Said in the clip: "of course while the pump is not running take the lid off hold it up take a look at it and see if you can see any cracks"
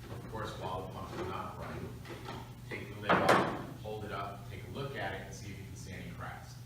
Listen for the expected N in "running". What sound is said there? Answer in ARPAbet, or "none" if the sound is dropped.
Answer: none